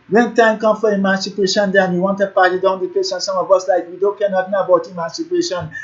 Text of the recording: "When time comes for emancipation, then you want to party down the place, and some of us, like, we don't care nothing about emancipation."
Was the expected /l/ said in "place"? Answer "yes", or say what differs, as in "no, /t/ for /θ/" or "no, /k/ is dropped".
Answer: no, /l/ is dropped